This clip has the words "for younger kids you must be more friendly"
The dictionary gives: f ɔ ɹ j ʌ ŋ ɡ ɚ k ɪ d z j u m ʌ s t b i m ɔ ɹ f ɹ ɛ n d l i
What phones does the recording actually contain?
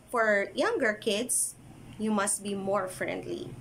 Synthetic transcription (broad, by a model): f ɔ ɹ j ʌ ŋ ɡ ɚ k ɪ d s j u m ʌ s t b i m ɔ ɹ f ɹ ɛ n d l i